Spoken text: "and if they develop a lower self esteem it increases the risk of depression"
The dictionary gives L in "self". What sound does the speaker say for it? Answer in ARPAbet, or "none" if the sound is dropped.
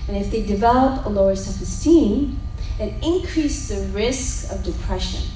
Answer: none